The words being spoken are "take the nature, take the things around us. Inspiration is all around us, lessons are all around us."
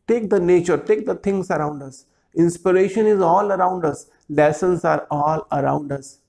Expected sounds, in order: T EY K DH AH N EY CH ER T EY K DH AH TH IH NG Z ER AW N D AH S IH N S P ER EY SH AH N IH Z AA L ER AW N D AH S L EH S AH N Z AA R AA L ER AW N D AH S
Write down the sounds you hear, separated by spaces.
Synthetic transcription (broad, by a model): T EY K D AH N EY CH ER T EY K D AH T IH NG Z ER AW N D AH S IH N S P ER EY SH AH N IH Z AA L ER AW N D AH S L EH S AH N S AA R AA L ER AW N D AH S